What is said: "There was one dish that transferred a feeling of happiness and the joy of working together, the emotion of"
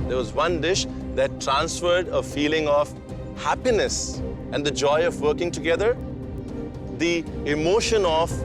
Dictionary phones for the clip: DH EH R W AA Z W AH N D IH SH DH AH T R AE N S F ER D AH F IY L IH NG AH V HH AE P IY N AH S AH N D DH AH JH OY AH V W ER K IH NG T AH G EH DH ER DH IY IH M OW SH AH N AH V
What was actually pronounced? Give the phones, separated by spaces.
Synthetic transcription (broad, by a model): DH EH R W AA Z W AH N D IH SH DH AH T R AE N S F ER D AH F IY L IH NG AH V HH AE P IY N AH S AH N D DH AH JH OY AH V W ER K IH NG T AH G EH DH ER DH IY IH M OW SH AH N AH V